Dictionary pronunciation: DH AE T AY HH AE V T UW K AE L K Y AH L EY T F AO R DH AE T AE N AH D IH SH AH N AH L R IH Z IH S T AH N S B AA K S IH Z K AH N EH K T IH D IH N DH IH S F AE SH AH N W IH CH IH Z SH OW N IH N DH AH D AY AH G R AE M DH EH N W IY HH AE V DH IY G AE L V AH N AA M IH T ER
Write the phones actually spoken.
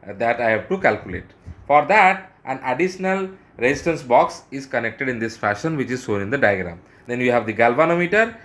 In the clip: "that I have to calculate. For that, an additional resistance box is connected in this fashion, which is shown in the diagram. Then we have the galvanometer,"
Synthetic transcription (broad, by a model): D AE T AY HH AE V T UW K AE L K Y AH L EY T F AO R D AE T AE N AH D IH SH AH N AH L R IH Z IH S T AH N S B AA K S IH Z K AH N EH K T IH D IH N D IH S F AE SH AH N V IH CH IH Z S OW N IH N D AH D AY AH G R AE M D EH N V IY HH AE V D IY G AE L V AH N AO M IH T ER